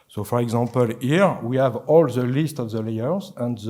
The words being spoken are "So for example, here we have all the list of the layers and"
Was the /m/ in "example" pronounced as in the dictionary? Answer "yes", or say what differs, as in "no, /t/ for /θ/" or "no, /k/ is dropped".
no, /m/ is dropped